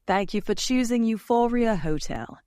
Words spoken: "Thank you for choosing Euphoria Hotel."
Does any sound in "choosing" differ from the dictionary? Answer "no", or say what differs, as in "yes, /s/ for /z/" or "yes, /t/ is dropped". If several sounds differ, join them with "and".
no